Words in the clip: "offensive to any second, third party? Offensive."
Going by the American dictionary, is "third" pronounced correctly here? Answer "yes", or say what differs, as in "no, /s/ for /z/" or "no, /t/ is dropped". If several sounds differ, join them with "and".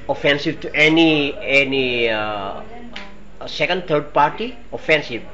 no, /t/ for /θ/